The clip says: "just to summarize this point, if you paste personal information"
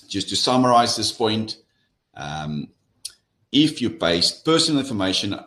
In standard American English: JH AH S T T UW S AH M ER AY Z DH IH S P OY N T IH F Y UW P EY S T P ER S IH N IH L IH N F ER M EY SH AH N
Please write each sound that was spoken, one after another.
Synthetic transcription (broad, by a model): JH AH S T T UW S AH M ER AY Z DH IH S P OY N T IH F Y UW B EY S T P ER S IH N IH L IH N F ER M EY SH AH N